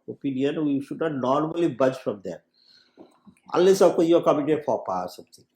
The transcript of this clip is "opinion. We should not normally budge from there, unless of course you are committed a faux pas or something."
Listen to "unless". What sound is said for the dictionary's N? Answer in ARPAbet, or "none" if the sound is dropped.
none